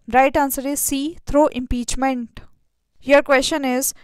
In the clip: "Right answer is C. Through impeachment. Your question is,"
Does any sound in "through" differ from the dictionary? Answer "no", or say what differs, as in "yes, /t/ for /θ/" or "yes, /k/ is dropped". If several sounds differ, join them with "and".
yes, /t/ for /θ/